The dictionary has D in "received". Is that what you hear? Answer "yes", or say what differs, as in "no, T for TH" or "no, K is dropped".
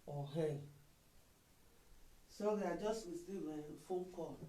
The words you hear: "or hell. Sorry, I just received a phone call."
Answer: no, D is dropped